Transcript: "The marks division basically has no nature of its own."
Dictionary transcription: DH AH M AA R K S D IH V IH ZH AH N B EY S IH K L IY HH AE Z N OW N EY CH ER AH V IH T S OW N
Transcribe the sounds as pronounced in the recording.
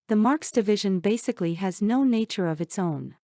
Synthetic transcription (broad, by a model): DH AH M AA R K S D IH V IH ZH AH N B EY S IH K L IY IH Z N OW N EY CH ER AH V IH T S OW N